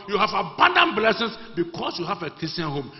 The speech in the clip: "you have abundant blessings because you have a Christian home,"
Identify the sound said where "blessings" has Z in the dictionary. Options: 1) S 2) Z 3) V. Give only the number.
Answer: 1